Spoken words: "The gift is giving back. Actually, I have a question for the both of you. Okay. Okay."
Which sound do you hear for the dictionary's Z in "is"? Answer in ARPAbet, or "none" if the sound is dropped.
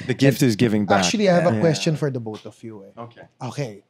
Z